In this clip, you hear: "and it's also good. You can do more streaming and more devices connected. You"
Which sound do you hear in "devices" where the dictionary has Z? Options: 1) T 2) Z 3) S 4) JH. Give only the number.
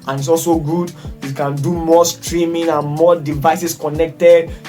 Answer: 3